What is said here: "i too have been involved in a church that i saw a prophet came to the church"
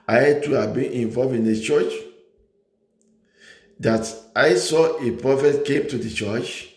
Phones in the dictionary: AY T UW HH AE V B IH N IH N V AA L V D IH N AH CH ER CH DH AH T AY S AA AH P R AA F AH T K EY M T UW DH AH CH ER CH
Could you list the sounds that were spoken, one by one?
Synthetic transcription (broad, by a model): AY T UW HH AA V B IH N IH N V AA L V IH N AH CH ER CH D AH T AY S AA AH P R AA F AH T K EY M T UW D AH CH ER CH